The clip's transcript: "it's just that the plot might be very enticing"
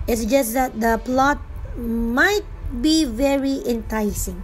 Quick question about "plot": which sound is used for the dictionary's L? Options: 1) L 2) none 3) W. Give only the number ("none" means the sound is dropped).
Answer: 1